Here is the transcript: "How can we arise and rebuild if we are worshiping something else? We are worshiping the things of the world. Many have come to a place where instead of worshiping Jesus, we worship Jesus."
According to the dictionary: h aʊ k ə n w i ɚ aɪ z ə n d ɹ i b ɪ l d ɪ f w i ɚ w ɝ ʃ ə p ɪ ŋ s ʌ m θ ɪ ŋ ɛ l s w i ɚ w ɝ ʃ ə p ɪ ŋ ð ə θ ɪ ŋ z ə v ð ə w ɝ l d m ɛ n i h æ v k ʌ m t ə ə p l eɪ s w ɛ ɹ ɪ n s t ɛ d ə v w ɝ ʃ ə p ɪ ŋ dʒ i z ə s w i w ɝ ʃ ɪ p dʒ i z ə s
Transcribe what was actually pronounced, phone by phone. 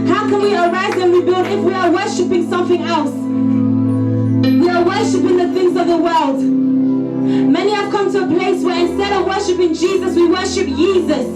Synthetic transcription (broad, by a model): h aʊ k ə n w i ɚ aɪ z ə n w i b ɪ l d ɪ f w i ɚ w ɝ ʃ ə p ɪ ŋ s ʌ m θ ɪ ŋ ɛ l s w i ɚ w ɝ ʃ ə p ɪ ŋ ð ə θ ɪ ŋ z ə v ð ə w ɝ l d m ɛ n i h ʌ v k ʌ m t ə ə p l eɪ s w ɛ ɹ ɪ n s t ɛ d ə v w ɝ ʃ ə p ɪ ŋ dʒ i z ə s w i w ɝ ʃ ɪ p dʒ i z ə s